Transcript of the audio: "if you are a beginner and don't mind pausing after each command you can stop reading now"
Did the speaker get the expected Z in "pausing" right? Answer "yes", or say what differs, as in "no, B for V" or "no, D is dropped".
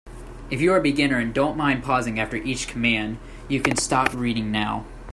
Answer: yes